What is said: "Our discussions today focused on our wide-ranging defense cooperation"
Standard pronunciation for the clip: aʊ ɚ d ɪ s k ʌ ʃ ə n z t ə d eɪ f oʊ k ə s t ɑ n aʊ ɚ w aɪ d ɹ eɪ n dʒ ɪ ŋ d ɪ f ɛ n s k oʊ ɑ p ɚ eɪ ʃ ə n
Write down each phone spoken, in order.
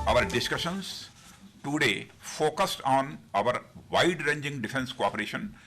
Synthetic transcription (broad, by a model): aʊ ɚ d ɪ s k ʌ ʃ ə n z t ə d eɪ f oʊ k ə s t ɑ n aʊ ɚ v aɪ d ɹ eɪ n dʒ ɪ ŋ d ɪ f ɛ n s k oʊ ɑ p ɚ eɪ ʃ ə n